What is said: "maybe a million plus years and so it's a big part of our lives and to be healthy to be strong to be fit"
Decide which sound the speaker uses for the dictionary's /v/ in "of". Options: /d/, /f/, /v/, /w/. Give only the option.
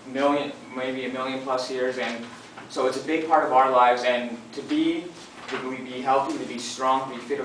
/v/